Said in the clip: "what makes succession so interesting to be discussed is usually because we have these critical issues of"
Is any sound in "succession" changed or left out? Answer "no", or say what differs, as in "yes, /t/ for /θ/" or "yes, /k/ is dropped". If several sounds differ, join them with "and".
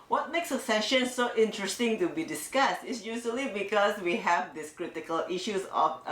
yes, /k/ is dropped